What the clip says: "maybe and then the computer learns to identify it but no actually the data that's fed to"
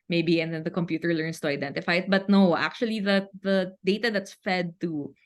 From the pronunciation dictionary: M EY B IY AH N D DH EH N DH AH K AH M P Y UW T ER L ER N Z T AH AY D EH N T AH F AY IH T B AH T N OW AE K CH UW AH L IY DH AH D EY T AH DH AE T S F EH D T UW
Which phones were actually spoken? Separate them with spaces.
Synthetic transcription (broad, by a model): M EY B IY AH N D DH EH N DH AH K AH M P Y UW T ER L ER N S T AH AY D EH N T AH F AY IH T B AH T N OW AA K CH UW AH L IY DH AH D EY T AH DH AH T S F EH D T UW